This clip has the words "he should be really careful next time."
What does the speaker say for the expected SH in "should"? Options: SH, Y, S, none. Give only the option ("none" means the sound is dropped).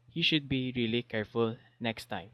SH